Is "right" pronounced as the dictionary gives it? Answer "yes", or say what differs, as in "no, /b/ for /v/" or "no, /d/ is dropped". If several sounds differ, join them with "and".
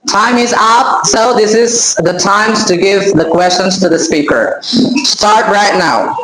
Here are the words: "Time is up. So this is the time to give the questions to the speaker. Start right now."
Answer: yes